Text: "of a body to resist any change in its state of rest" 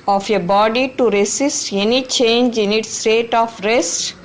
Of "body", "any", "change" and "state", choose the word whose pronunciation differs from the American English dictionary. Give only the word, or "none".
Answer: none